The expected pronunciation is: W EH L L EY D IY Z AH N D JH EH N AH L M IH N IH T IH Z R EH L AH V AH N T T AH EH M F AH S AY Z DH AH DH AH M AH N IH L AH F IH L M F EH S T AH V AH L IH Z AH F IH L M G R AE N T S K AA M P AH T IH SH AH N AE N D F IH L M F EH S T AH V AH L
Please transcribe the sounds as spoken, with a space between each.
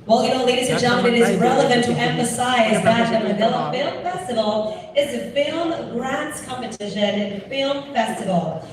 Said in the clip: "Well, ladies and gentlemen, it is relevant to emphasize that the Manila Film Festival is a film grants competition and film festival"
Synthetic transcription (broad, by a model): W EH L N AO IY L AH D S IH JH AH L IH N IH T IH Z R EH L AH V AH N T T EH M F AH S AY Z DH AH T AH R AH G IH L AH F IH L M F EH S T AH V L IH Z AH F IH L M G R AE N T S K AA M P AH T IH SH AH N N F IH L M F EH S T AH V L